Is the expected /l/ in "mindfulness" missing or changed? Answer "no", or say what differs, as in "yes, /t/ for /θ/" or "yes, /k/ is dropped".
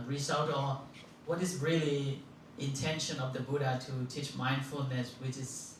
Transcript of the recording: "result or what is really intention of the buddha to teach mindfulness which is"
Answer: no